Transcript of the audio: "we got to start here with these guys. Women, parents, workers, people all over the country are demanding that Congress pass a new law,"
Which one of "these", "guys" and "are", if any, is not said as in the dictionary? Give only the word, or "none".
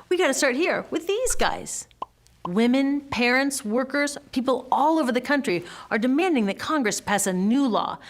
none